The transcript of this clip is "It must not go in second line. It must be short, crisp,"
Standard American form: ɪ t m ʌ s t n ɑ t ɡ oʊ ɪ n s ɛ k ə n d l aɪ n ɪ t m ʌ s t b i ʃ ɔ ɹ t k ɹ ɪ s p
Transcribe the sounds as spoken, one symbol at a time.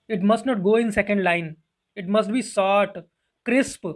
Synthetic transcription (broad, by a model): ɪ t m ʌ s t n ɑ t ɡ oʊ ɪ n s ɛ k ə n d l aɪ n ɪ t m ʌ s t b i s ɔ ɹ t k ɹ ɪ s p